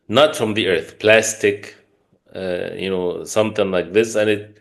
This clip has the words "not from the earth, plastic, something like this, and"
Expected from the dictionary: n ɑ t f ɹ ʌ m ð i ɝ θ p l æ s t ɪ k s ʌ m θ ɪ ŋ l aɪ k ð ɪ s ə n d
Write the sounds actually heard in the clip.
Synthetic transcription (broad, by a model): n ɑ t f ɹ ʌ m ð i ɝ θ p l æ s t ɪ k s ʌ m θ ɪ ŋ l aɪ k ð ɪ s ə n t